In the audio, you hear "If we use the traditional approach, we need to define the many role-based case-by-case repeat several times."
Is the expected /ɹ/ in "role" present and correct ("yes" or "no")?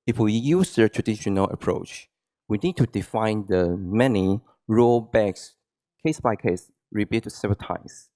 yes